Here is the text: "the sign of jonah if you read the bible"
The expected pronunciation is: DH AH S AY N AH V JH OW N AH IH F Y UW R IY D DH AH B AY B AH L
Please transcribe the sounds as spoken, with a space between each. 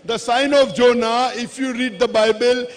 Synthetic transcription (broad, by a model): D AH S AY N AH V JH OW N AH IH F Y UW R IY D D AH B AY B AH L